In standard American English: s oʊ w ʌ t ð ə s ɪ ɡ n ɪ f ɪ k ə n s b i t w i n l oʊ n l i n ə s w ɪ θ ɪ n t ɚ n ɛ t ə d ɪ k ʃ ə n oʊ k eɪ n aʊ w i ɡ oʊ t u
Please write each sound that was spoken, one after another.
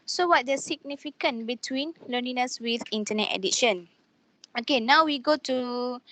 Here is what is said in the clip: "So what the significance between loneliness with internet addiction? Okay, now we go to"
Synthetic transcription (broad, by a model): s oʊ w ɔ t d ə s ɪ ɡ n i f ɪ k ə n b i t w i n l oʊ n i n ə s w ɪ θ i n t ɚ n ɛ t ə d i ʃ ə n oʊ k eɪ n aʊ w i ɡ oʊ t u